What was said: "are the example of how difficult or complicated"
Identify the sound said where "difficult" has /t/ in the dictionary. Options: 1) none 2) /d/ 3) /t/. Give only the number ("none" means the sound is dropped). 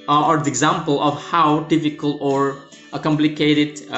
1